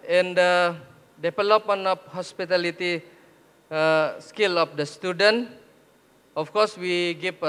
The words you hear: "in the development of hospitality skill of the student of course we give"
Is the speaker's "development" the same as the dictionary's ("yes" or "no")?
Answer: no